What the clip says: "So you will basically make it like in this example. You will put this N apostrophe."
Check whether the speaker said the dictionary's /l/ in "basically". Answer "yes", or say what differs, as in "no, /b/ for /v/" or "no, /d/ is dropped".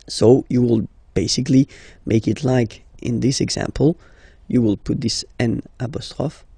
yes